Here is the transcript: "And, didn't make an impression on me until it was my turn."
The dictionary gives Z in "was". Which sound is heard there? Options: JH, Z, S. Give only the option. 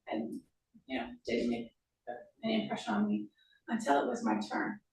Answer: Z